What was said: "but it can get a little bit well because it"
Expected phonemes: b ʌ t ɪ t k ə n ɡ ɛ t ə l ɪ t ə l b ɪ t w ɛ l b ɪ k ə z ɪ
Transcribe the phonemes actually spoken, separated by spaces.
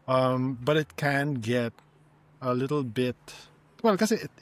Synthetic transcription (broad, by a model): b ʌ t ɪ t k ə n ɡ ɛ t ə l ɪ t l b ɪ t w ɛ l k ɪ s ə ɪ